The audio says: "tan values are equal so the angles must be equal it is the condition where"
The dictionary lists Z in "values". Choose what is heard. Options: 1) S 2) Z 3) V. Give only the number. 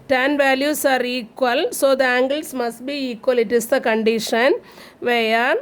1